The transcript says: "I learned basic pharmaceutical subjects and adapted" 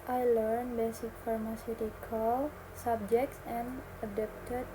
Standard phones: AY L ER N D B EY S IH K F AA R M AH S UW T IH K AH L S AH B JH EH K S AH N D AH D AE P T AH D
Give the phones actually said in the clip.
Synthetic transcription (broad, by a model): AY L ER N B EY S IH K F AA R M AH S UW T IH K AH L S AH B JH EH K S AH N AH D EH P T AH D